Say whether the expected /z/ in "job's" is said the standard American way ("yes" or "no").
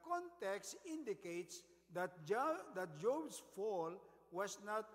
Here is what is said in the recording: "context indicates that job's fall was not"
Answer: no